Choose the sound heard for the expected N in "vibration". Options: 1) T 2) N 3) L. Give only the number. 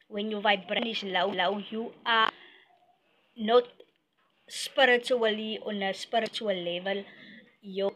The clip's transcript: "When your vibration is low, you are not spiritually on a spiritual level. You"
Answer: 3